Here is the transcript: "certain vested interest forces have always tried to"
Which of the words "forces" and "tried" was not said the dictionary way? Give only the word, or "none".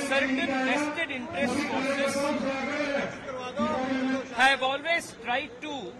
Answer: forces